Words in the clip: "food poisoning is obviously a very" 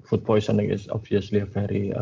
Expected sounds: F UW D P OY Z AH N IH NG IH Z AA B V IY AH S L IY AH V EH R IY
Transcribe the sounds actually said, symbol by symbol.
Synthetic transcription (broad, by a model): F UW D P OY S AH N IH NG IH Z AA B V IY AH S L IY AH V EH R IY